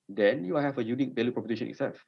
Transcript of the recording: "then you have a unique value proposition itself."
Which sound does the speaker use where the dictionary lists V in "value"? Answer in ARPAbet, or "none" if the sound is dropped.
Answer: B